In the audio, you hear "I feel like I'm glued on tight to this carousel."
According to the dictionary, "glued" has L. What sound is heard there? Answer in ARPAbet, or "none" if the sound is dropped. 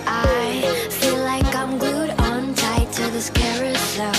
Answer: none